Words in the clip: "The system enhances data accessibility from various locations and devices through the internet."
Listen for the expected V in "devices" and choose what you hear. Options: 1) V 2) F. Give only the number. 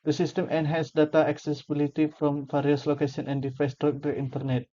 2